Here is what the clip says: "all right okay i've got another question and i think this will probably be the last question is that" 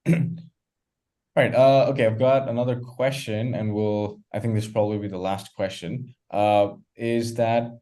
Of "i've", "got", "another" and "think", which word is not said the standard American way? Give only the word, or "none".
none